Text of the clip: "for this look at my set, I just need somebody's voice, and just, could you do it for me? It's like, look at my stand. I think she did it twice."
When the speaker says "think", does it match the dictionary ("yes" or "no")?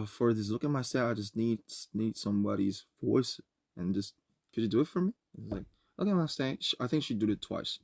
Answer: yes